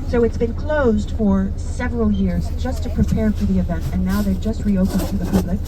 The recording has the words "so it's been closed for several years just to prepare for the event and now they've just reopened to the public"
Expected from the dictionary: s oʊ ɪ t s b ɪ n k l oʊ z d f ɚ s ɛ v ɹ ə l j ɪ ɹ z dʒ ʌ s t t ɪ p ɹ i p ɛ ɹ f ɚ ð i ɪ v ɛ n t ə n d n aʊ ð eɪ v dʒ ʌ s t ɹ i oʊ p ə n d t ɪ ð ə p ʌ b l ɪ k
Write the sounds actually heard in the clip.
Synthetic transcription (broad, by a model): s oʊ ɪ t s b ɪ n k l oʊ z d f ɚ s ɛ v ɹ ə l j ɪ ɹ z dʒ ʌ s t t ɪ p ɹ i p ɛ ɹ f ɚ ð i ɪ v ɛ n t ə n n aʊ ð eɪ dʒ ʌ s t ɹ i oʊ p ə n t ɪ ð ə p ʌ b l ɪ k